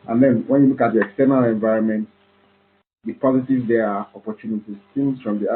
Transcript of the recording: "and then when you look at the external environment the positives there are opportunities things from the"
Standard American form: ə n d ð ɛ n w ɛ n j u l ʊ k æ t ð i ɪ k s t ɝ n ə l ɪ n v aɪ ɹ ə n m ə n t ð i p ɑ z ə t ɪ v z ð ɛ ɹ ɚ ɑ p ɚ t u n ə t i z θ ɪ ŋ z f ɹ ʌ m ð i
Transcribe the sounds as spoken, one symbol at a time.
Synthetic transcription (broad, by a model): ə n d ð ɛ n w ɛ n j u l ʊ k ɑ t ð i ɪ k s t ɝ n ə l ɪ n v aɪ ɹ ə n m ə n t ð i p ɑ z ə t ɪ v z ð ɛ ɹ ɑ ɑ p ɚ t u n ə t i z s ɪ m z f ɹ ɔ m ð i